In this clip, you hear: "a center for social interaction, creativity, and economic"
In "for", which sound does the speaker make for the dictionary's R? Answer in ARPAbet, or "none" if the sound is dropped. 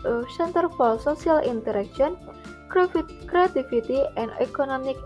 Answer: L